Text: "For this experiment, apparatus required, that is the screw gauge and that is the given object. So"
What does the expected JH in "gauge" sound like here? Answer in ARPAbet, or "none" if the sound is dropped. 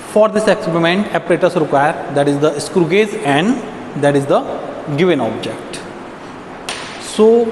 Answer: Z